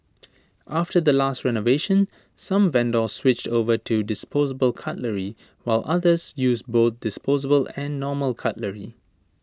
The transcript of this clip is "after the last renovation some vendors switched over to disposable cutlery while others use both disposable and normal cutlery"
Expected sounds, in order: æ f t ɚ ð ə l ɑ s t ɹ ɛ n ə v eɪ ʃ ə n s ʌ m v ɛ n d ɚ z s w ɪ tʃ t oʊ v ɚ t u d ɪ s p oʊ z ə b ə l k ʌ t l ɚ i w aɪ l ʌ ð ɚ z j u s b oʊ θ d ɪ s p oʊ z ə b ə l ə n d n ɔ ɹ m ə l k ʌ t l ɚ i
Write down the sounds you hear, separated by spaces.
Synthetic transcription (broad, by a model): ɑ f t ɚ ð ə l ɑ s t ɹ ɛ n ə v eɪ ʃ ə n s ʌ m v ɛ n d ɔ s w ɪ tʃ t oʊ v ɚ t u d ɪ s p oʊ z ə b ə l k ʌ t l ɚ i w aɪ l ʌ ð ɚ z j u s b oʊ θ d ɪ s p oʊ z ə b ə l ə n n ɔ m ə l k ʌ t l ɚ i